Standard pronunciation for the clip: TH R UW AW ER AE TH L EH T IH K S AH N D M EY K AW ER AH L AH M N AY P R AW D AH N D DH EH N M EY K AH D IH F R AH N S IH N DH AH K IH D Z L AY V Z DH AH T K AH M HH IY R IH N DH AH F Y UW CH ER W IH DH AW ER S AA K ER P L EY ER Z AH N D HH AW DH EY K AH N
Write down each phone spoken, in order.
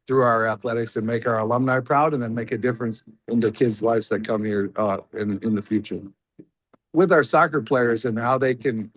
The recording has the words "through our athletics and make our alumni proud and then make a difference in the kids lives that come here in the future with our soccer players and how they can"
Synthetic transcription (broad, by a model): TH R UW AW ER AE TH L EH T IH K S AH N M EY K AW ER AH L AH M N AY P R AW D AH N DH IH N M EY K AH D IH F R AH N S IH N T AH K IH D Z L AY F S DH AH T K AH M HH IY R IH N DH AH F Y UW CH ER W IH DH AW ER S AA K ER P L EY ER Z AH N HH AW DH EY K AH N